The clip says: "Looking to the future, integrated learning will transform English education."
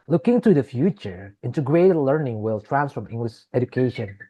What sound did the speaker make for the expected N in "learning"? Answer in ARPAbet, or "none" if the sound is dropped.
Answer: N